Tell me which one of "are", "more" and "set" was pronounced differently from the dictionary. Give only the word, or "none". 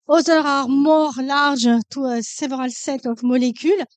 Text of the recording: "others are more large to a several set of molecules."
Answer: none